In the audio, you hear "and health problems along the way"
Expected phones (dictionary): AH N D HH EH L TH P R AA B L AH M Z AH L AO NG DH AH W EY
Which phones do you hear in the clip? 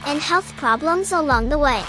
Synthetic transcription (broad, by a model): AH N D HH EH L TH P R AA B L AH M Z AH L AO NG DH AH W EY